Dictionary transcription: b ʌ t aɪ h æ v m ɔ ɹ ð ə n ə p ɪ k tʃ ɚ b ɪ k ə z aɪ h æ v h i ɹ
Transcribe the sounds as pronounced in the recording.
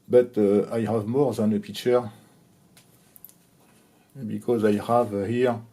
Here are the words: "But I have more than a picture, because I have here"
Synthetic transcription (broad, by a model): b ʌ t aɪ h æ v m ɔ ɹ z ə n ə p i tʃ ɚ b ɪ k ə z aɪ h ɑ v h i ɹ